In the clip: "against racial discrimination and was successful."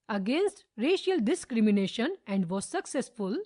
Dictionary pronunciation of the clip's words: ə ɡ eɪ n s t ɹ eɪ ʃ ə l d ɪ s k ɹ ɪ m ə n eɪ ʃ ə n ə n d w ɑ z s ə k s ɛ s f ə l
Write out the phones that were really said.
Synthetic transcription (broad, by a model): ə ɡ eɪ n s t ɹ eɪ ʃ ə l d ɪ s k ɹ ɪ m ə n eɪ ʃ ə n ə n d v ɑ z s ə k s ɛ s f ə l